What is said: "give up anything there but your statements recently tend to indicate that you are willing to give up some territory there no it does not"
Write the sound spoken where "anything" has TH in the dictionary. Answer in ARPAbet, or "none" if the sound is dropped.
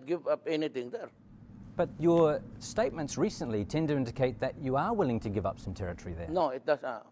T